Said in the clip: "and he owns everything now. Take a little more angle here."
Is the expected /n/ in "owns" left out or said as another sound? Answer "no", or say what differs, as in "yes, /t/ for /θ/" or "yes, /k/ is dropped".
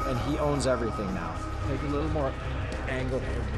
no